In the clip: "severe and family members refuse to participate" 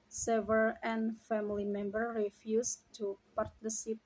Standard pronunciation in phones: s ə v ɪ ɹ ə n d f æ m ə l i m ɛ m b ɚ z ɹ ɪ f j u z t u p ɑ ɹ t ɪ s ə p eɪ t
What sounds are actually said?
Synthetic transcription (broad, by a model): s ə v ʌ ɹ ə n f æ m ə l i m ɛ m b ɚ ɹ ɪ f j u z t u p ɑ ɹ t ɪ s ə p